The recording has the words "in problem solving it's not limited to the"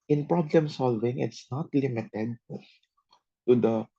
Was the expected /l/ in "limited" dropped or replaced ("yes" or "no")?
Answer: no